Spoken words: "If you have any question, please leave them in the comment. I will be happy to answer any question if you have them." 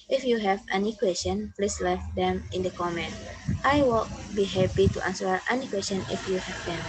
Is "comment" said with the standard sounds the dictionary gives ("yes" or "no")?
yes